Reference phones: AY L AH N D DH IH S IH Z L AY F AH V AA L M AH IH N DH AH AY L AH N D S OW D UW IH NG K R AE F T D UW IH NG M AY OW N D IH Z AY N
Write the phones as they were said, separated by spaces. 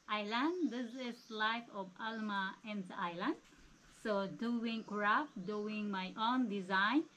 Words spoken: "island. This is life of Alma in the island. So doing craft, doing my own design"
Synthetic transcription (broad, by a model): AY L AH N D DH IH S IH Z L AY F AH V AA L M AH IH N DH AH AY L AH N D S OW D UW IH NG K R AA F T D UW IH NG M AY OW N D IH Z AY N